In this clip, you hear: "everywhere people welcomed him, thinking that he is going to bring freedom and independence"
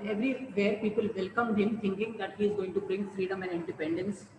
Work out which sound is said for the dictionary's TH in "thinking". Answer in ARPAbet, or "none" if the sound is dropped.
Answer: T